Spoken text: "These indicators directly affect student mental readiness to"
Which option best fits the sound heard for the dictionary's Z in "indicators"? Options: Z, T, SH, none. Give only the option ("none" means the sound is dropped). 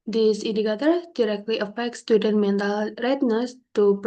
none